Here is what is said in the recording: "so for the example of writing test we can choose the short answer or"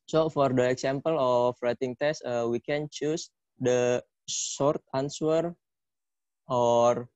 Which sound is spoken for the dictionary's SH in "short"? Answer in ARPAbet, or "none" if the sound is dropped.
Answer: S